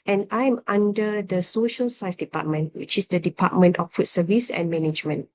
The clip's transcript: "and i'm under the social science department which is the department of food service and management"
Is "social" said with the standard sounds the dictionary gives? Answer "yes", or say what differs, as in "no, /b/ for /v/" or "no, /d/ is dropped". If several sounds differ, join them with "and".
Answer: yes